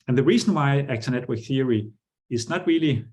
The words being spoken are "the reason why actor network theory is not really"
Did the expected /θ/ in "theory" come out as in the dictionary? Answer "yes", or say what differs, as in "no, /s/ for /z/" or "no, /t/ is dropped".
yes